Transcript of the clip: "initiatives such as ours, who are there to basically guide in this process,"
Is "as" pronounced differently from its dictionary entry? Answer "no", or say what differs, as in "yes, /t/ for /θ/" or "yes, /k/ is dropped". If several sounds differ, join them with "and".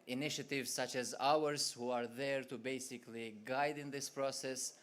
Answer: no